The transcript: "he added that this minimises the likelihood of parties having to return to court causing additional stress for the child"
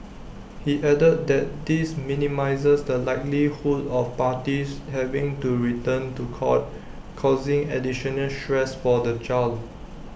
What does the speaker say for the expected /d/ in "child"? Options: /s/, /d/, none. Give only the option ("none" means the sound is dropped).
none